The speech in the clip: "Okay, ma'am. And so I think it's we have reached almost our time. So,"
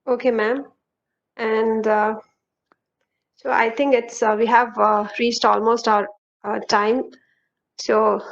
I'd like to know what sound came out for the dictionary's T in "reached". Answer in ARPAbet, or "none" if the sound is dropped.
T